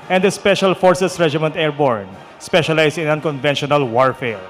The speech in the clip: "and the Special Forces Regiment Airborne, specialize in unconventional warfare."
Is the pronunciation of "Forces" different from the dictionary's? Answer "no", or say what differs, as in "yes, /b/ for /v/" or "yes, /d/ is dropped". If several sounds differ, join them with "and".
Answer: yes, /s/ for /z/